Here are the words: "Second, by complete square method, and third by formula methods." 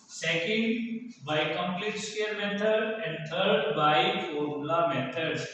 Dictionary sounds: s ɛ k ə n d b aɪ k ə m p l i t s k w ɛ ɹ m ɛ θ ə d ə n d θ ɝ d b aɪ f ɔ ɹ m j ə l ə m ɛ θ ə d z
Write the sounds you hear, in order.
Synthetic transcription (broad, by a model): s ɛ k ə n d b aɪ k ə m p l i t s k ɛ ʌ ɹ m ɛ t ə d ə n d t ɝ d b aɪ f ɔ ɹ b l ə m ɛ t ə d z